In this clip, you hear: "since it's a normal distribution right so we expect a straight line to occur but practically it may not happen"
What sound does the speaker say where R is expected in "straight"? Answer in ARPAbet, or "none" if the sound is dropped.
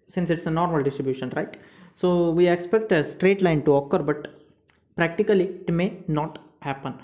R